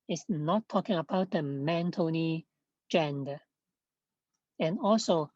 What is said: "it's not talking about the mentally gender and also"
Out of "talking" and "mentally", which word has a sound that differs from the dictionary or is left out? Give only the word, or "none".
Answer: mentally